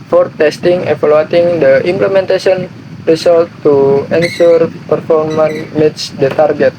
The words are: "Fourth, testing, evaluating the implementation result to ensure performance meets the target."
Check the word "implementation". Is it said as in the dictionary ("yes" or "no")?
no